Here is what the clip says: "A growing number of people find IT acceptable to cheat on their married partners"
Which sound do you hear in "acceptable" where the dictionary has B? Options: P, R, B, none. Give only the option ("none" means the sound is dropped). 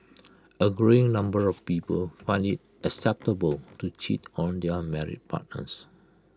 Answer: B